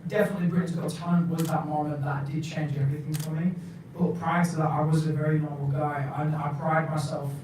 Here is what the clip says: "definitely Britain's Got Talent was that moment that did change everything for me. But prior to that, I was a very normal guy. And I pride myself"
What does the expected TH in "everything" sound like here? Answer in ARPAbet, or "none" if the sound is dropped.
TH